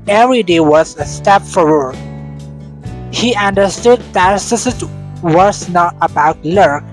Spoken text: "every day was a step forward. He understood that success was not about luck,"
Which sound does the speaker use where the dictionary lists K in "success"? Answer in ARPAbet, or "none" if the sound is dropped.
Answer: none